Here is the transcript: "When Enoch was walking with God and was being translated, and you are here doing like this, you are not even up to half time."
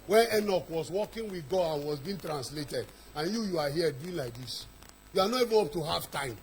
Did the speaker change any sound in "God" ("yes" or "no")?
yes